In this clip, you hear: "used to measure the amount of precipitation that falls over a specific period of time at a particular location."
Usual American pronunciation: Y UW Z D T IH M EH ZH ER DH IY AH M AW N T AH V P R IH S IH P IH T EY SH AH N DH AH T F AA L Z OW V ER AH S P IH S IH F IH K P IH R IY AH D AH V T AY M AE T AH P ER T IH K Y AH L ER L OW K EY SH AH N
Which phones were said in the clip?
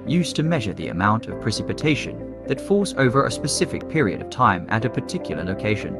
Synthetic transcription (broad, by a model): Y UW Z T IH M EH ZH ER DH IY AH M AW N T AH V P R IH S IH P IH T EY SH AH N DH AH T F AA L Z OW V ER AH S P IH S IH F IH K P IH R IY AH D AH V T AY M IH T AH P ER T IH K Y L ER L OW K EY SH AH N